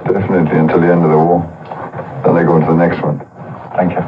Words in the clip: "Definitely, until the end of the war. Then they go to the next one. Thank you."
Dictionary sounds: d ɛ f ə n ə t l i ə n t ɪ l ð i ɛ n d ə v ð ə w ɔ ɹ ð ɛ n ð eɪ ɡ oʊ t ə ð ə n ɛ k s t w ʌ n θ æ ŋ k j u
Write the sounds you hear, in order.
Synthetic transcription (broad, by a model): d ɛ f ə n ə t l i ə n t ɪ l ð i ɛ n d ə v ð ə w ɔ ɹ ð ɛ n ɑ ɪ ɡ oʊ t ə ð ə n ɛ k s t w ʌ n θ æ ŋ k j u